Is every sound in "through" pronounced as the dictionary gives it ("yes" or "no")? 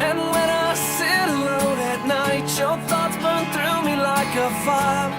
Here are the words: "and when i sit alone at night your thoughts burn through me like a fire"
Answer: yes